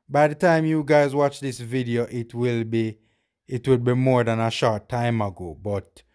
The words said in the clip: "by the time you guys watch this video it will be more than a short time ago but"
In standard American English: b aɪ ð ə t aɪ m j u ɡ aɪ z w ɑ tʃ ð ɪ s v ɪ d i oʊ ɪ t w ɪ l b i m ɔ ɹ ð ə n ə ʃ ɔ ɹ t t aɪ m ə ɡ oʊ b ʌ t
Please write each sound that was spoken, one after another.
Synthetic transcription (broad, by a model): b aɪ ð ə t aɪ m j u ɡ aɪ z w ɑ tʃ ð ɪ s v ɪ d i oʊ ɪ t w ɪ l b i m ɔ ɹ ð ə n ə ʃ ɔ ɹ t t aɪ m ə ɡ oʊ b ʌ t